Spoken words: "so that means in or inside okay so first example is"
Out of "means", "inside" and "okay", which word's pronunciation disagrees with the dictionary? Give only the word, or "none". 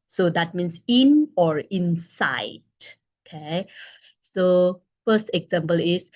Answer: means